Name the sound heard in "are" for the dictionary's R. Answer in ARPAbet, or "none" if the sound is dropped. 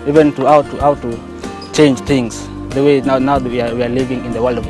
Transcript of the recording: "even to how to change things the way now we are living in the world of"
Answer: W